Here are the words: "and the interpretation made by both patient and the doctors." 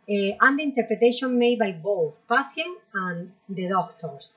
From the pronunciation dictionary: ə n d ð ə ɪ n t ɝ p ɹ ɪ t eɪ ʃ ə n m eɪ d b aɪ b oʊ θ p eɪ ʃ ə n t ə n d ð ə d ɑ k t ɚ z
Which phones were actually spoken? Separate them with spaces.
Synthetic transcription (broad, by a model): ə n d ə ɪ n t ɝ p ɹ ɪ t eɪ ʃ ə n m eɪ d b aɪ b oʊ θ p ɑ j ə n ə n d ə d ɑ k t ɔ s